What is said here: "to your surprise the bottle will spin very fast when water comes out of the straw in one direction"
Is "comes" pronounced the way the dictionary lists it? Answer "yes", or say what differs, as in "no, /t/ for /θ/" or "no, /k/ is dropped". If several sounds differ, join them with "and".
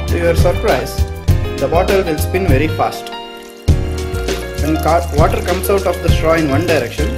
no, /s/ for /z/